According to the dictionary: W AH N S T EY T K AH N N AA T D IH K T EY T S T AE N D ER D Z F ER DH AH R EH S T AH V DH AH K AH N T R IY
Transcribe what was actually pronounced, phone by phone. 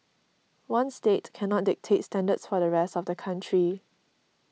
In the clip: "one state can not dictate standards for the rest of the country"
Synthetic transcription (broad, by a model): W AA N S T EY T K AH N N AA T D IH K T EY T S T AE N D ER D S F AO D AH R EH S T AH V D AH K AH N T R IY